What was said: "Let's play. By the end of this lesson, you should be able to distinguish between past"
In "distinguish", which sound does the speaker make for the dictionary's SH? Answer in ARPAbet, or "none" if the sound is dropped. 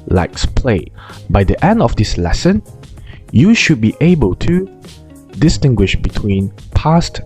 SH